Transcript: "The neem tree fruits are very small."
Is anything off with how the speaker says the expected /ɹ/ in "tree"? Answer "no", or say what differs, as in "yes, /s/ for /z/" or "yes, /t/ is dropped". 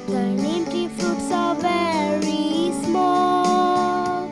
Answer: yes, /ɹ/ is dropped